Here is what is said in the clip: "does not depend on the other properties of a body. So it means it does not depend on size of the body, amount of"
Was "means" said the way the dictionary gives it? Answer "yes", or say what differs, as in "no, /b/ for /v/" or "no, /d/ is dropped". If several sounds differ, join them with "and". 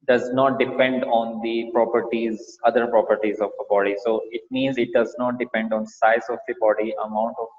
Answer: yes